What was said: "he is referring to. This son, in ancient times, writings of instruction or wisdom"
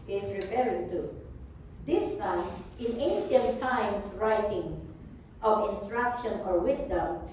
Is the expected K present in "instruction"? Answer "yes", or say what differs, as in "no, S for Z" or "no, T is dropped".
yes